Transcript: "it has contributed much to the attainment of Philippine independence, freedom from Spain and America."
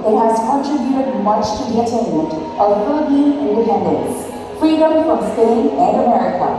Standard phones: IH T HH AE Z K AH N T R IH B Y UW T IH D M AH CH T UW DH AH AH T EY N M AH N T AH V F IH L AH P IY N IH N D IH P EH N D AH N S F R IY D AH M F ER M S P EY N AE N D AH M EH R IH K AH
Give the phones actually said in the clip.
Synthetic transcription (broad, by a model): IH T HH AE Z K AH N T R IH B Y UW T IH D M AH CH T UW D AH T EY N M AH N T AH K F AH B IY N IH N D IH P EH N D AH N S F R IY D AH M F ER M S P EY N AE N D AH M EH R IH K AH